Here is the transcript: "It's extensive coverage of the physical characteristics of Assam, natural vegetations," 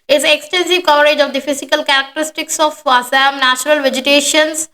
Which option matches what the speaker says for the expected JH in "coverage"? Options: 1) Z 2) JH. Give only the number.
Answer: 2